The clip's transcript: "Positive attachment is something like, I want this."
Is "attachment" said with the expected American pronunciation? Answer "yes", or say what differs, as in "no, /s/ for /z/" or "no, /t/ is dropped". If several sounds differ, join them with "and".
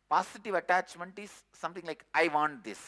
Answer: yes